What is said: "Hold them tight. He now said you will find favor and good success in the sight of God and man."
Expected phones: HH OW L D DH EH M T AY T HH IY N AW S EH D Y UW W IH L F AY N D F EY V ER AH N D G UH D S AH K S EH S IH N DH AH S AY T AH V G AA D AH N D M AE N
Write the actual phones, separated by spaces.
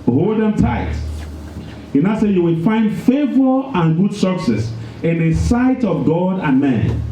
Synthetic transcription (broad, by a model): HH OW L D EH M T AY T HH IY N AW S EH Y UW W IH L F AY N D F EY V ER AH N G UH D S AH K S EH S IH N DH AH S AY T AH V G AA D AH N M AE N